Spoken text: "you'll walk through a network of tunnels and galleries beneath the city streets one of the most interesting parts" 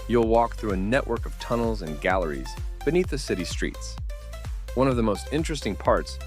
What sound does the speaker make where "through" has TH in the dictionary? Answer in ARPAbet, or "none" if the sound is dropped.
TH